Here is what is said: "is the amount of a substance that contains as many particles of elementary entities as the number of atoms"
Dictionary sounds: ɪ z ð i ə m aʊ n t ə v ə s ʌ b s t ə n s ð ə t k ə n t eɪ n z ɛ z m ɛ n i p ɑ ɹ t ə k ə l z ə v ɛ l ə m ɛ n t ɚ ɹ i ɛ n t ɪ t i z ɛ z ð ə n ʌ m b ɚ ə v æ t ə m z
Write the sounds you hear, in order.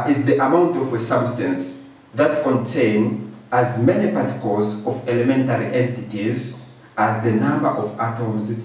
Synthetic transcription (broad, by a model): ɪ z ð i ə m aʊ n t ə v ə s ʌ b s t ə n s ð ə t k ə n t eɪ n ɑ z m ɛ n i p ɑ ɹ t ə k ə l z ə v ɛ l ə m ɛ n t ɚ ɹ i ɛ n t ɪ t i z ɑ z ð ə n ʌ m b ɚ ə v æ t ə m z